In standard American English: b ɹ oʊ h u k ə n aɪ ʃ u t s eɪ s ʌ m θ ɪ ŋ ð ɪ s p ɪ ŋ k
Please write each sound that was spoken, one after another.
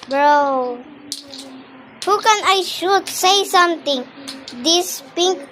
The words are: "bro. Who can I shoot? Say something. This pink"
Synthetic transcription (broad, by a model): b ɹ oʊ h u k ə n aɪ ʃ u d s eɪ s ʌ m t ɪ ŋ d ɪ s p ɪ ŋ k